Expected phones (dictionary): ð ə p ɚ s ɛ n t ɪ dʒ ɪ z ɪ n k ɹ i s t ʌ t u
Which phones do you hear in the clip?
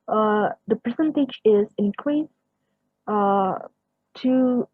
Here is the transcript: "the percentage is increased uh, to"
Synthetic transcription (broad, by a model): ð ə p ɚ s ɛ n t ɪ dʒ ɪ z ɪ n k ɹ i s ʌ t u